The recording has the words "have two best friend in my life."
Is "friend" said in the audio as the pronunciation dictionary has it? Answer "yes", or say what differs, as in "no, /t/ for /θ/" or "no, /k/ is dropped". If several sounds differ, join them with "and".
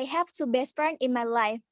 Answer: no, /d/ is dropped